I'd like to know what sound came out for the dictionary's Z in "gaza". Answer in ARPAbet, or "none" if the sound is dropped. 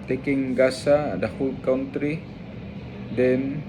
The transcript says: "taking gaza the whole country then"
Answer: S